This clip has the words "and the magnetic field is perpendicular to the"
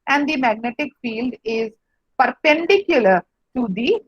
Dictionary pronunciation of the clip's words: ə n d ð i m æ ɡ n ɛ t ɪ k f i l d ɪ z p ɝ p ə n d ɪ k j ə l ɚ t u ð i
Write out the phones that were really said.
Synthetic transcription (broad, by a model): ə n d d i m æ ɡ n ɛ t ɪ k f i l d ɪ z p ɝ p ə n d ɪ k j ə l ɚ t u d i